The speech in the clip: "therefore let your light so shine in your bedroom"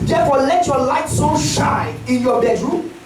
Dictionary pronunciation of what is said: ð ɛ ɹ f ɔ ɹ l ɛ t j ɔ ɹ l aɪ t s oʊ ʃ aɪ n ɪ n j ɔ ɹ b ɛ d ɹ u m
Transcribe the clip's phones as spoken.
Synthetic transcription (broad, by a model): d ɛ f ɔ l ɛ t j ɔ l aɪ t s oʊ ʃ aɪ ɪ n j ɔ b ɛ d ɹ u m